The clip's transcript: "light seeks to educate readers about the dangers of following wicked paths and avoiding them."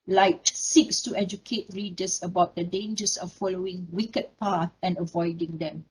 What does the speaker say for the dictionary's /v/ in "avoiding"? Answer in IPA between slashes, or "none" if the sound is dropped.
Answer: /v/